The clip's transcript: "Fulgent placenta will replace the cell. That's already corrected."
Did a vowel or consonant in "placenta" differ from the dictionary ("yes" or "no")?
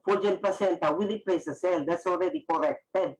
yes